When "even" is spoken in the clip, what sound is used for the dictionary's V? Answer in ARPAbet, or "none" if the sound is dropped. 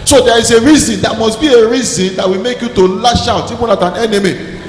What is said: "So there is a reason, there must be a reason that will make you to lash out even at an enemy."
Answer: P